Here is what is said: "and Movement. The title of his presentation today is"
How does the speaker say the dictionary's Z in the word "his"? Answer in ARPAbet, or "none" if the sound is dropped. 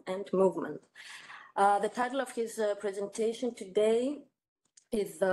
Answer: Z